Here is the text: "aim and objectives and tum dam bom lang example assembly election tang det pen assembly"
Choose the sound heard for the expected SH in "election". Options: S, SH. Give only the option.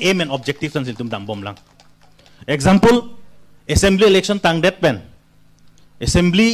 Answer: S